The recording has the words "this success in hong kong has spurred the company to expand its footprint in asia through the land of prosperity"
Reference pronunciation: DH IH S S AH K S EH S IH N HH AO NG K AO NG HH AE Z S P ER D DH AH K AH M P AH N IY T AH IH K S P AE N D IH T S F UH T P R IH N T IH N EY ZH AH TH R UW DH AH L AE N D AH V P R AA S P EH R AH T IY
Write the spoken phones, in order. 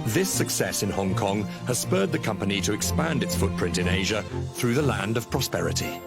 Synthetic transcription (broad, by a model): DH IH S S AH K S EH S IH N HH AO NG K AO NG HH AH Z S P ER D DH AH K AH M P AH N IY T AH IH K S P AE N D IH T S F UH T P R IH N T IH N EY ZH AH TH R UW DH AH L AE N D AH V P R AA S P EH R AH T IY